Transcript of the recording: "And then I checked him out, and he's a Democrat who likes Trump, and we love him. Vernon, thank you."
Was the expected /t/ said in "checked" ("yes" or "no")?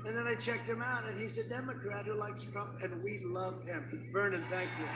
yes